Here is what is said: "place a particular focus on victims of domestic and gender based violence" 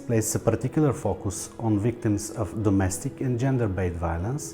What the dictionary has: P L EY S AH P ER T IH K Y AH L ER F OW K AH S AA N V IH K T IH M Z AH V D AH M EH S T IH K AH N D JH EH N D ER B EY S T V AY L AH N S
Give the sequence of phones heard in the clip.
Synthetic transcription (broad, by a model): P L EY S AH P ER T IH K Y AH L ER F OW K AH S AA N V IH K T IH M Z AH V D AH M EH S T IH K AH N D JH EH N D ER B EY T V AY L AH N S